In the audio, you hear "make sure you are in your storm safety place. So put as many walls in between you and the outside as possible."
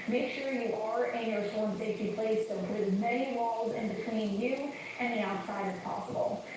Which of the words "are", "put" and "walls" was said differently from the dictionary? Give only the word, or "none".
none